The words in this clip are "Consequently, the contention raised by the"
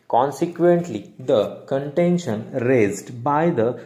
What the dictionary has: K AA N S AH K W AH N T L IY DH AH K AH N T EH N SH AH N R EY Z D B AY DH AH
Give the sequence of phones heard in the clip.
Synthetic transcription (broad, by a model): K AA N S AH K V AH N T L IY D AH K AH N T EH N SH AH N R EY Z D B AY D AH